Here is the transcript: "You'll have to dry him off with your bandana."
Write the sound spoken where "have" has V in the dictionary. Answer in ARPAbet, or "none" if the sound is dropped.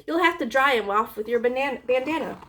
F